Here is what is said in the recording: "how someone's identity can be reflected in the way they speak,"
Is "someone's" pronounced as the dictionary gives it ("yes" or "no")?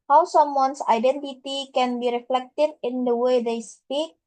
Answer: no